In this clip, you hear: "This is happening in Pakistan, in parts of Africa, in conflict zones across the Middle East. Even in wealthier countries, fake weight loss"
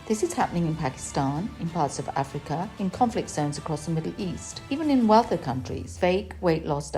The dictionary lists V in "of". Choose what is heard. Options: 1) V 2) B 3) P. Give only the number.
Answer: 1